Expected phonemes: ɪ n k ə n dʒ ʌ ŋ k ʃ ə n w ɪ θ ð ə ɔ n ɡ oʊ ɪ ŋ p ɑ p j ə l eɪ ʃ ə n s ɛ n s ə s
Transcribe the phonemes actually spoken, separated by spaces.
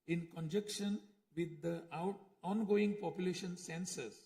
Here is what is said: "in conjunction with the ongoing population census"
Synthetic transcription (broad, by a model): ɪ n k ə n dʒ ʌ k ʃ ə n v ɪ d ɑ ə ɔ n ɡ oʊ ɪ ŋ p ɑ p j ə l eɪ ʃ ə n s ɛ n s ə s